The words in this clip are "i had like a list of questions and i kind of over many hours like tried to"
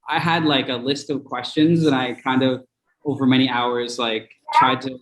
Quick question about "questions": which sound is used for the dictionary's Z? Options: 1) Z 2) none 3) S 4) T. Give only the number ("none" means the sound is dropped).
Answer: 1